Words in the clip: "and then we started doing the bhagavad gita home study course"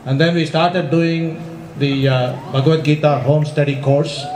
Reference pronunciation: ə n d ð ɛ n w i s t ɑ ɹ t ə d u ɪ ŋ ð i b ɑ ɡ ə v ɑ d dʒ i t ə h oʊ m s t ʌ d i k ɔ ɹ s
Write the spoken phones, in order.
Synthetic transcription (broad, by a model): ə n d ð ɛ n w i s t ɑ ɹ t ə d u ɪ ŋ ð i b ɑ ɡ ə ɛ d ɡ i t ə h oʊ m s t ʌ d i k ɔ ɹ s